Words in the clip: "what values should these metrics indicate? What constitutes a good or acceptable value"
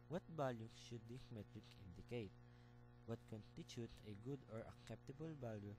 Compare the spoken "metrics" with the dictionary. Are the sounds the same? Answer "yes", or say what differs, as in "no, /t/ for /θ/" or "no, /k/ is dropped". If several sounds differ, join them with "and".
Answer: no, /s/ is dropped